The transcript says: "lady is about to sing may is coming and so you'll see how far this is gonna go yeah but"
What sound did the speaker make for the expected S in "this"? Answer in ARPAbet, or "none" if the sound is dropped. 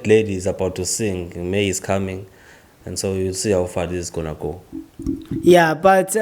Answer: none